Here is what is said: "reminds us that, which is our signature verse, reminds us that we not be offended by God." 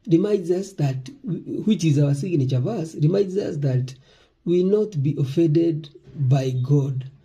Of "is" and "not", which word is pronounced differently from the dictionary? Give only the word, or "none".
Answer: none